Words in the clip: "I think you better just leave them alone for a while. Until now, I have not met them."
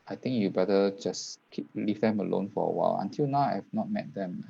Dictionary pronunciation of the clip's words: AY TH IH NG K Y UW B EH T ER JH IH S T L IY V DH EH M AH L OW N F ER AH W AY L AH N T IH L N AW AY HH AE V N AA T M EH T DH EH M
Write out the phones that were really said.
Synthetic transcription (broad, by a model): AY T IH NG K Y UW B EH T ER JH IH S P L IY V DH EH M AH L OW N F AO AH W AY L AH N T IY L N AW AY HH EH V N AA T M EH T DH EH M